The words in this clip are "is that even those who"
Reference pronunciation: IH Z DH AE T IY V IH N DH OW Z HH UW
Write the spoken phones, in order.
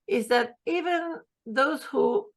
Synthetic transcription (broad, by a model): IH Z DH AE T IY V IH N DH OW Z HH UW